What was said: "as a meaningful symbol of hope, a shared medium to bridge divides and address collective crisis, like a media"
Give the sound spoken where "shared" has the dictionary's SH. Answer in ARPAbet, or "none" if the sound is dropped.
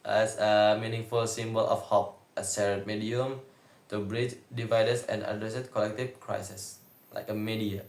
S